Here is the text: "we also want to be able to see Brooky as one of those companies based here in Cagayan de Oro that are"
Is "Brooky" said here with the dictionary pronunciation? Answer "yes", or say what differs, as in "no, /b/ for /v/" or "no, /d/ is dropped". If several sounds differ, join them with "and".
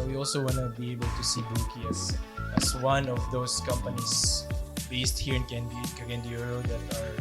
no, /ɹ/ is dropped